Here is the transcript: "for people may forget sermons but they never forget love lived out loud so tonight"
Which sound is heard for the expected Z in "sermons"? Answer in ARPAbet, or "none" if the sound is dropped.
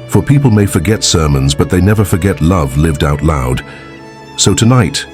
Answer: Z